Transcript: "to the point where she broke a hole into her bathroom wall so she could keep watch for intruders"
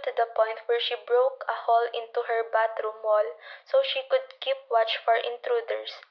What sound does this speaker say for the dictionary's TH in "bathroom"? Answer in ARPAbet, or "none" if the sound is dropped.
T